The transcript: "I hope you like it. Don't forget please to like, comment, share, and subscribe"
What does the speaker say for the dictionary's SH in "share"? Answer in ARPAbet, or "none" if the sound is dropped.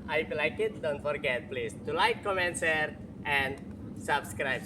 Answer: S